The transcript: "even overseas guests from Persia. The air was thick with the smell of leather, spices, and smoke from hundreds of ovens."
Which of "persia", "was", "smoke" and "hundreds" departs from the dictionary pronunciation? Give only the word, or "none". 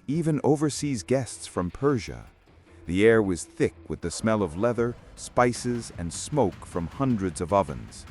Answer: none